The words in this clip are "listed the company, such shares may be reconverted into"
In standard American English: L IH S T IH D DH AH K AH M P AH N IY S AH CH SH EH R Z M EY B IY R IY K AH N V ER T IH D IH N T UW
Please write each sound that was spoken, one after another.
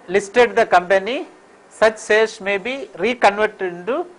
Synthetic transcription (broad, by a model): L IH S T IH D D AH K AH M P AH N IY S AH CH S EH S M EY B IY R IY K AH N V ER T IH D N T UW